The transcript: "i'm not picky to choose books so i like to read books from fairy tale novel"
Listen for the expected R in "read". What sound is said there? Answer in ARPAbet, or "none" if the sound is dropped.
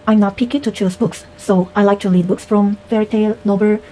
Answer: L